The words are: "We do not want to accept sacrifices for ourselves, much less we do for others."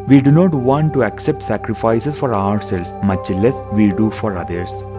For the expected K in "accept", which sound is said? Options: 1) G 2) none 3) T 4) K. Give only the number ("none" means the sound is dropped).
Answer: 4